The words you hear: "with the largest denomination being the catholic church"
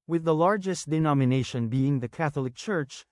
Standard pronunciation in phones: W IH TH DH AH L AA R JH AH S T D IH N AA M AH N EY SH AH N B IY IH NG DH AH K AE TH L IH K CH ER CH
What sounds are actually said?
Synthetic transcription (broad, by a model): W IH DH AH L AA R JH AH S T D IH N AA M AH N EY SH AH N B IY IH NG DH AH K AE TH L IH K CH ER CH